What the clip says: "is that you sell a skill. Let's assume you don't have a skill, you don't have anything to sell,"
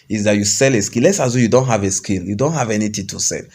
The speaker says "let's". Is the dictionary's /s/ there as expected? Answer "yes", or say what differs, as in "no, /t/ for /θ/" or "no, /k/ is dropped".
yes